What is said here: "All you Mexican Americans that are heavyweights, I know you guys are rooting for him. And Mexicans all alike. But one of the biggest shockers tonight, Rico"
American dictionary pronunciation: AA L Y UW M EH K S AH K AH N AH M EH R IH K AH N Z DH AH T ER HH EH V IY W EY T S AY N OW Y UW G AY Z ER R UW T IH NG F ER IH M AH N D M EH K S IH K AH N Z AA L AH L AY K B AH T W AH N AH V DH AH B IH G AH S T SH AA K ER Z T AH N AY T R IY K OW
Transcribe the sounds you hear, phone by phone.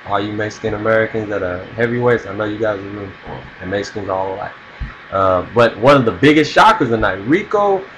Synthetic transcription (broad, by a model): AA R Y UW M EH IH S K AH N AH M EH R IH K AH N Z DH AH T ER HH EH V IY W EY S AY N OW Y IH G AY Z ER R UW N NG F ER IH M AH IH S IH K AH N Z AA L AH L AY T B AH T W AH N AH V DH AH B IH G AH S T SH AA K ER Z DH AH N AY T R IY K OW